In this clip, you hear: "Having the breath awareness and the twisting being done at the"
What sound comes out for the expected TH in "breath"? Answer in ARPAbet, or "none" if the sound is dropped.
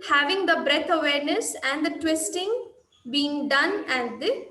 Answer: T